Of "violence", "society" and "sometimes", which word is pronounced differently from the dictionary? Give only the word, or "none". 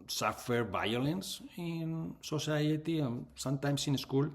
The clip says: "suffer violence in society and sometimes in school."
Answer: sometimes